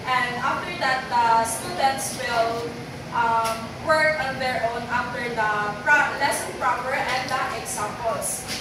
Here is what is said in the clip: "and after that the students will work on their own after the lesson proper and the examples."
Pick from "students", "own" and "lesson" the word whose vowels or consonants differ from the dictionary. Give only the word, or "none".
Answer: none